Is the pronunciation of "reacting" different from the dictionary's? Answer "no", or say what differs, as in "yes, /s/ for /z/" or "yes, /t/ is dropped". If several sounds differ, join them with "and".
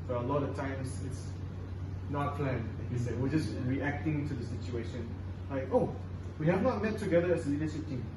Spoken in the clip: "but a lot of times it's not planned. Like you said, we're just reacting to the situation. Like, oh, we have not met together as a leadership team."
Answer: no